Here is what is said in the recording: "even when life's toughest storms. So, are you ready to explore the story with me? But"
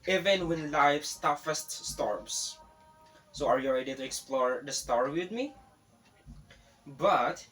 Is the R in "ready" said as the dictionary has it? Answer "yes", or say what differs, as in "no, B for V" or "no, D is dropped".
no, L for R